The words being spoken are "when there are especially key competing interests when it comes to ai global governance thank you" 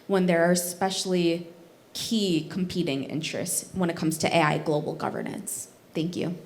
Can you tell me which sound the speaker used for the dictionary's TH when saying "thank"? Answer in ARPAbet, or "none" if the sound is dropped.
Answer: TH